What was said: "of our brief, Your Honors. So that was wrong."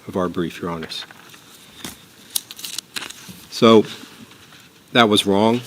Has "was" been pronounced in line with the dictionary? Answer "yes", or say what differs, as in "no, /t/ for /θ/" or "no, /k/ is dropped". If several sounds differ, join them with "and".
yes